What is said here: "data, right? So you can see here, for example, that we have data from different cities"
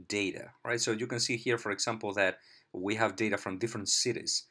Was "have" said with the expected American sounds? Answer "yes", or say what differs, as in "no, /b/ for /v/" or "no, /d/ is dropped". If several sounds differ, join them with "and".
yes